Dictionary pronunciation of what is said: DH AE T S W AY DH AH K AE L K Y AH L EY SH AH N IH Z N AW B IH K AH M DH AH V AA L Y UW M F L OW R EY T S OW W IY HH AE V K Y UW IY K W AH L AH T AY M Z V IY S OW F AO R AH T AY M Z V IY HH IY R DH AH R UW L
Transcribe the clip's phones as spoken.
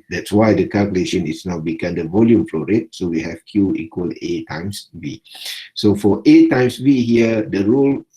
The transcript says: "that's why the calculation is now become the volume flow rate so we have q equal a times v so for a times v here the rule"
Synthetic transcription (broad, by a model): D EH T S W AY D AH K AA L K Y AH L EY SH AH N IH S N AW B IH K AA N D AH V AA L Y UW M F L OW R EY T S OW W IY HH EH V K Y UW IY K W AH L AH T AY M S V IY S OW F AO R AH T AY M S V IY HH IY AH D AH R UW L